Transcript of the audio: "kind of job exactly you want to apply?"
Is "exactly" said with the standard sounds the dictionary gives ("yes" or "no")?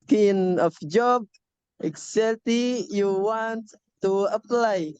no